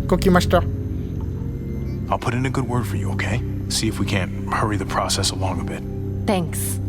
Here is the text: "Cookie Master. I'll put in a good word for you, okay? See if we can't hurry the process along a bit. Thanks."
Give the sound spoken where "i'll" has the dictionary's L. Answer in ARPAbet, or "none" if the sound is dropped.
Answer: L